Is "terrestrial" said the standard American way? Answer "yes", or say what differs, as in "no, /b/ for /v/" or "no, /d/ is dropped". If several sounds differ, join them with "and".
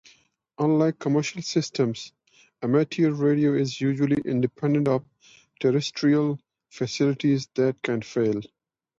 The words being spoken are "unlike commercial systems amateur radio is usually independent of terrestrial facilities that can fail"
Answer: yes